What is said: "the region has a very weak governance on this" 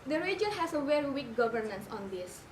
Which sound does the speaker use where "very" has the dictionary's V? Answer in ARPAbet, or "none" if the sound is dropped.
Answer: W